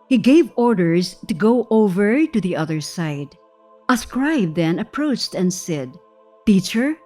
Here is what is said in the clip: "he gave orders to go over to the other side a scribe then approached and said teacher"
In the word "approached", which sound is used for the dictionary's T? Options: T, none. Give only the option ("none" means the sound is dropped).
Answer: T